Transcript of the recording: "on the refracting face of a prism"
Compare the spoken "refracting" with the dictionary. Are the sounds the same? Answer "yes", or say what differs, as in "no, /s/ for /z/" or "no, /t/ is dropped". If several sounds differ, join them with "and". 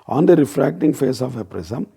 yes